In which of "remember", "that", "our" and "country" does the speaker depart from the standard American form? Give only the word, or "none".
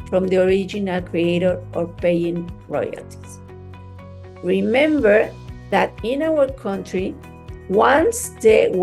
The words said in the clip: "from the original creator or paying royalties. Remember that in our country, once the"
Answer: none